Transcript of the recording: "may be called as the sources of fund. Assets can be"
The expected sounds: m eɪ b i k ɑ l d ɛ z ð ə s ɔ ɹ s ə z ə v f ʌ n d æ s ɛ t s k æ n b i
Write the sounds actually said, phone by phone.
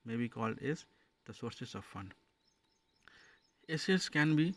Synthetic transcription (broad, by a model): m eɪ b i k ɑ l d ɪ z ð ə s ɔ ɹ s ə s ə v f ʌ n ɛ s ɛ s k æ n b i